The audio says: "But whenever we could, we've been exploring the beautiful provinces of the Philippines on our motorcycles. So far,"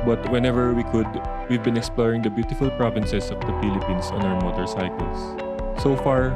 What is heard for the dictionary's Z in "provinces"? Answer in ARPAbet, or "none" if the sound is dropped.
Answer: S